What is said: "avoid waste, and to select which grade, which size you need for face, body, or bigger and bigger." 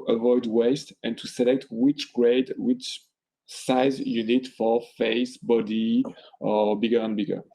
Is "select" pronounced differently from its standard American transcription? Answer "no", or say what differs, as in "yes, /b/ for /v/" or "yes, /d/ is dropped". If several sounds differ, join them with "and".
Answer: no